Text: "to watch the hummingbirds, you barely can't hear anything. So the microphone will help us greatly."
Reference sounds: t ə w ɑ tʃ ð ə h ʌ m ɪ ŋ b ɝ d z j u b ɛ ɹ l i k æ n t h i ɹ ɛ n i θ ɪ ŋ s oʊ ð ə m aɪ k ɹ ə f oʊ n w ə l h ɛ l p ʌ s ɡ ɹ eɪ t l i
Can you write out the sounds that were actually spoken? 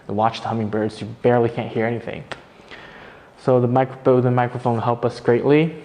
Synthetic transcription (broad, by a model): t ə w ɑ tʃ ð ə h ʌ m ɪ ŋ b ɝ d z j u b ɛ ɹ l i k æ n t h i ɹ ɛ n i θ ɪ ŋ s oʊ ð ə m aɪ k ɹ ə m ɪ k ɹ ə n h ɛ l p ʌ s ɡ ɹ eɪ t l i